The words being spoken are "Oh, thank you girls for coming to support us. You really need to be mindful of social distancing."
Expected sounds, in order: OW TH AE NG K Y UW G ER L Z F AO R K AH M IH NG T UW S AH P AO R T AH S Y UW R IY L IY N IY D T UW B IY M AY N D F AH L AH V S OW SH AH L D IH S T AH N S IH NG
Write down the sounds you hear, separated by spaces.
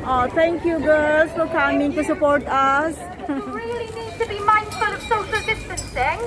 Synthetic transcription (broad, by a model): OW T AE NG K Y UW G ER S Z F AO R K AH M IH NG T UW S AH P AO R T AH S R IY L IY N IY D T UW B IY M AY N D F AH L AH V S OW SH AH L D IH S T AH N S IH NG